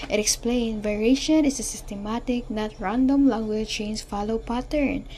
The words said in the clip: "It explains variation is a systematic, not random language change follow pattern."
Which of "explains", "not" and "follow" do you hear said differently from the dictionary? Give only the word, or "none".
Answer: explains